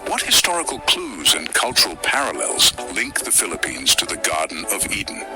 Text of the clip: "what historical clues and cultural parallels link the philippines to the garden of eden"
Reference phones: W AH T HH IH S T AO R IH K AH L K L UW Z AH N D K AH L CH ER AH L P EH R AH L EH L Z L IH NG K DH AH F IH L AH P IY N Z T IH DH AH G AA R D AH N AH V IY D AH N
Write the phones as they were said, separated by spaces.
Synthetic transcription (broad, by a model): W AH T HH IH S T AO R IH K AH L K L UW Z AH N K AH L CH ER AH L P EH R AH L EH L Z L IH NG K DH AH F IH L AH P IY N Z T IH DH AH G AA R D N AH V IY D N